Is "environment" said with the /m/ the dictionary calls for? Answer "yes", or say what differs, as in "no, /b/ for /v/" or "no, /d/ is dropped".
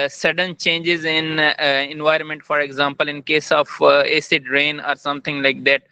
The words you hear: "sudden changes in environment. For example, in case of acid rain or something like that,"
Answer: yes